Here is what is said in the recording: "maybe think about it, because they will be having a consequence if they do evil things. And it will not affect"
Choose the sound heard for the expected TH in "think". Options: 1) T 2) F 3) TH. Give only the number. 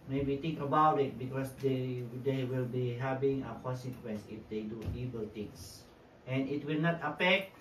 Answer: 1